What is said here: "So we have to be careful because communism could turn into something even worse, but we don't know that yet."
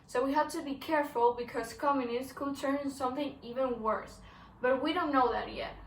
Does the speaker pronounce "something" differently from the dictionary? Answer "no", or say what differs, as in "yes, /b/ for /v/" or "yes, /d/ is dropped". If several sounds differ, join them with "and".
no